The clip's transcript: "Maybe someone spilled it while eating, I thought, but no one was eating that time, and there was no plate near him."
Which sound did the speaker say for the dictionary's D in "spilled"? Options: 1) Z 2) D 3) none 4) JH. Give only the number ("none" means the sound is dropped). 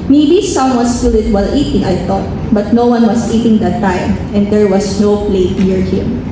3